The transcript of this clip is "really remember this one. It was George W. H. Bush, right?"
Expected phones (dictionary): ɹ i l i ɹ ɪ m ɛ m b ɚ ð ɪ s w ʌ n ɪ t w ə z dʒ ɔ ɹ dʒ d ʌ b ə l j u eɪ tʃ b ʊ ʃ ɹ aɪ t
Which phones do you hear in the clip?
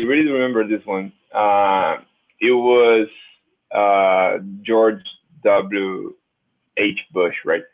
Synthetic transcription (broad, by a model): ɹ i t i ɹ ɪ m ɛ m b ɚ ð ɪ s w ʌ n ɪ t w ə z dʒ ɔ ɹ dʒ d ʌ b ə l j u eɪ tʃ b ʊ ʃ ɹ aɪ t